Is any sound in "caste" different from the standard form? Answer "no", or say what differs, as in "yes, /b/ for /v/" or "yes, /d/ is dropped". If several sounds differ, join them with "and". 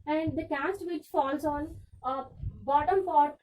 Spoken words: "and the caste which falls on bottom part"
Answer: no